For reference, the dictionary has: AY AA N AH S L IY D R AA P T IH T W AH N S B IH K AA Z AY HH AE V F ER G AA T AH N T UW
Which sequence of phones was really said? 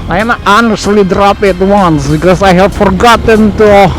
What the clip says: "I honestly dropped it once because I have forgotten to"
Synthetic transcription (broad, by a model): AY AA N AH S L IY D R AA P IH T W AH N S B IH K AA S AY HH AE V F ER G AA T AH N T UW